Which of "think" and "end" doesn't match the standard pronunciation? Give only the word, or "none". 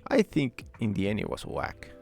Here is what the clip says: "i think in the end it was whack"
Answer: end